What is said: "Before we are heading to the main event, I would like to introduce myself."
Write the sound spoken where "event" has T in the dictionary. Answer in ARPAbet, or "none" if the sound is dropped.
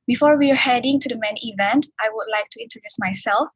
T